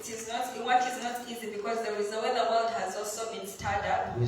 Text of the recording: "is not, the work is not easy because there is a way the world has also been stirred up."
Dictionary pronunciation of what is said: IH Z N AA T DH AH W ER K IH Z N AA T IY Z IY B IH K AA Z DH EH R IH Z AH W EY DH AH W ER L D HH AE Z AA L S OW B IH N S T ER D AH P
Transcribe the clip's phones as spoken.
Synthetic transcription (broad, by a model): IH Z N AA T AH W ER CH IH Z N AA T IY Z IY B IH K AA Z DH EH R IH Z AH W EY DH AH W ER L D HH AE Z AA L S OW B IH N S T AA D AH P